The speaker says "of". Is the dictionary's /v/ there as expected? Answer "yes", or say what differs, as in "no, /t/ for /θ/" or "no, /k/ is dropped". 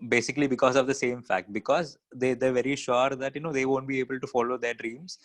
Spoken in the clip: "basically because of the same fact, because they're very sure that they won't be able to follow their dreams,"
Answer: yes